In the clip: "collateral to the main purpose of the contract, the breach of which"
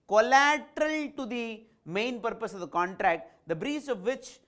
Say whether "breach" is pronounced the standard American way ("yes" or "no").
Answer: no